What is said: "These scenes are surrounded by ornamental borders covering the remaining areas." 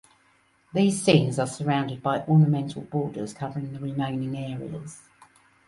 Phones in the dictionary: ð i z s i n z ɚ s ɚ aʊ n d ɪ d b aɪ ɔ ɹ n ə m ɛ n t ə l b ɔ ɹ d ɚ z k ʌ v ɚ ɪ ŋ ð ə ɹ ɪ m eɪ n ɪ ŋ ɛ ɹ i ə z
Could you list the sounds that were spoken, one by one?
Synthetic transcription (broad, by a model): ð i z s i n z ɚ s ɚ aʊ n d ɪ d b aɪ ɔ n ə m ɛ n t ə l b ɔ d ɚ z k ʌ v ɚ ɪ ŋ ð ə ɹ ɪ m eɪ n ɪ ŋ ɛ ɹ i ə z